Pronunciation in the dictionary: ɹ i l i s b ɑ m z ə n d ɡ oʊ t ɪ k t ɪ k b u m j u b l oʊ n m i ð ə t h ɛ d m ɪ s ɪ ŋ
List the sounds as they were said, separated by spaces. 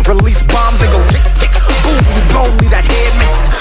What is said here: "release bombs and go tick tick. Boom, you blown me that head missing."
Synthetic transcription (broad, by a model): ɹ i l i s b ɑ m z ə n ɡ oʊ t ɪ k t ɪ k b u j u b oʊ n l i ð ə t h ɛ d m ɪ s